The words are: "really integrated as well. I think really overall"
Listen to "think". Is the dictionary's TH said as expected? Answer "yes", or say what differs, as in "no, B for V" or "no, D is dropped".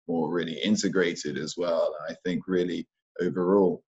yes